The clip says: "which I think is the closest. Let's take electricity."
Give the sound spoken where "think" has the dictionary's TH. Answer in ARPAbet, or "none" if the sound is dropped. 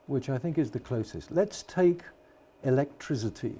TH